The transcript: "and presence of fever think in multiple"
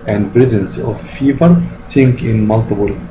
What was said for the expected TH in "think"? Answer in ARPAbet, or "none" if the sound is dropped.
S